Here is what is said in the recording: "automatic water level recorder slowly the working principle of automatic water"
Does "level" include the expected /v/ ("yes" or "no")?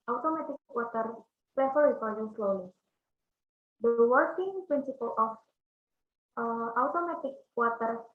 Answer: no